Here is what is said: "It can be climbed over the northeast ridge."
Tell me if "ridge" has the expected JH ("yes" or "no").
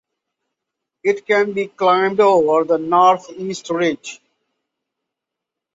yes